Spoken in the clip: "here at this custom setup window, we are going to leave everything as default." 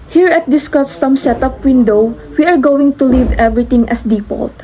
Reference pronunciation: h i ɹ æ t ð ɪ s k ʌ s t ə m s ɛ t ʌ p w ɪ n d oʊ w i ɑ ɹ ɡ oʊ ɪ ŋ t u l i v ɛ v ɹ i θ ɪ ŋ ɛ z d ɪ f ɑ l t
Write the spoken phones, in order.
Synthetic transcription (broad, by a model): h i ɹ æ t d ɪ s k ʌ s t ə m s ɛ t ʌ p w ɪ n d oʊ w i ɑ ɹ ɡ oʊ ɪ ŋ t u l i v ɛ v ɹ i t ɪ ŋ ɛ s d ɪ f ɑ l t